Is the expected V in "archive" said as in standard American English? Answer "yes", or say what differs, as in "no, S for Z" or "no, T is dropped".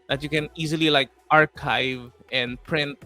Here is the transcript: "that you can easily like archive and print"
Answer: yes